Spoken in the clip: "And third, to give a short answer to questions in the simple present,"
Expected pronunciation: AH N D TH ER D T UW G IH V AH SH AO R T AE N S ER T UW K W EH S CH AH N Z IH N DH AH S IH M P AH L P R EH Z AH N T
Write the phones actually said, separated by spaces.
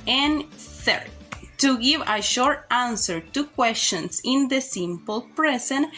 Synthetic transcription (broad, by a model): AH N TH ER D T UW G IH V AH SH AO R T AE N S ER T UW K W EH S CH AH N S IH N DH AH S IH M P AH L P R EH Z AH N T